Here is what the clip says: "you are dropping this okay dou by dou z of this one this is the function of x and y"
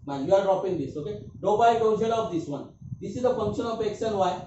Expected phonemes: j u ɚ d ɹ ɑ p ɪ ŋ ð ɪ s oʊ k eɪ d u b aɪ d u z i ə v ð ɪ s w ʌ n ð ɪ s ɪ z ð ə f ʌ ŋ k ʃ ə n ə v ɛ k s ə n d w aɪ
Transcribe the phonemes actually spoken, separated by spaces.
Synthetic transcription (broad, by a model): j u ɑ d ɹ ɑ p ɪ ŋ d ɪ s oʊ k eɪ d u b aɪ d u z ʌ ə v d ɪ s w ʌ n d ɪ s ɪ z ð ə p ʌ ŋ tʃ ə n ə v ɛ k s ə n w aɪ